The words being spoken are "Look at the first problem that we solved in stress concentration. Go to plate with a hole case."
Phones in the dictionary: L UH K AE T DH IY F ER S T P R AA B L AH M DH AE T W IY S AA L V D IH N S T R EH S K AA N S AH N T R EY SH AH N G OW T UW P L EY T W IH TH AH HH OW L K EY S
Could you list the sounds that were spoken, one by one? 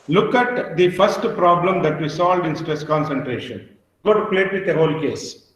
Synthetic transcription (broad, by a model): L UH K AE T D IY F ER S T P R AA B L AH M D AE T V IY S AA L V D IH N S T R EH S K AA N S AH N T R EY SH AH N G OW T UW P L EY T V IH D AH HH OW L K EY S